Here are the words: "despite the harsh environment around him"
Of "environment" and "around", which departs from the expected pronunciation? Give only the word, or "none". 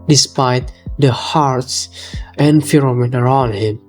environment